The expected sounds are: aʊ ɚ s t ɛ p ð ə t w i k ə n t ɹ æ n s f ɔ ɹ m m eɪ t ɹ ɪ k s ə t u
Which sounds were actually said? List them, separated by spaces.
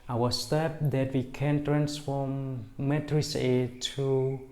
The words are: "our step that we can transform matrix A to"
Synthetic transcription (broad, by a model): aʊ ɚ s t ɛ p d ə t w i k ə n t ɹ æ n s f ɔ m m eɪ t ɹ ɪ s ə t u